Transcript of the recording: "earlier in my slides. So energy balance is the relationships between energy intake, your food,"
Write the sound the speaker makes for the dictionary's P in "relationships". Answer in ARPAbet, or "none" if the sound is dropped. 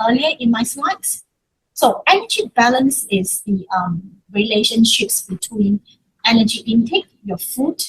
P